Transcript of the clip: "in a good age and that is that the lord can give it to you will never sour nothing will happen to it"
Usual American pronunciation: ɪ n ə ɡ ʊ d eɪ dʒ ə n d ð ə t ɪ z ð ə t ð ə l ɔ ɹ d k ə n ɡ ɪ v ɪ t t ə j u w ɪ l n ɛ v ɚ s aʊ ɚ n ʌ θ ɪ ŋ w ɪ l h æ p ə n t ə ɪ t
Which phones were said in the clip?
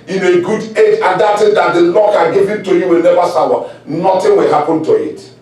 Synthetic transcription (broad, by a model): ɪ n ə ɡ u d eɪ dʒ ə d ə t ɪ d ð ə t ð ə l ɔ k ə ɡ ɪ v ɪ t t ə j u w ɪ l n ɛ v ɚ s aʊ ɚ n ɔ t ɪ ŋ w ɪ l h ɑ p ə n t ə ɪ t